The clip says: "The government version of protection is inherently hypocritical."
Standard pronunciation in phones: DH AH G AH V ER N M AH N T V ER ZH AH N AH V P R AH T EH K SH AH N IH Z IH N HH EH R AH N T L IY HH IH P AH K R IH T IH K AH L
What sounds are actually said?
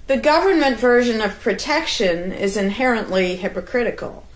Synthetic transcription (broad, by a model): DH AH G AH V ER N M AH N T V ER ZH AH N AH V P R AH T EH K SH AH N IH Z IH N HH EH R AH N T L IY HH IH P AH K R IH T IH K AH L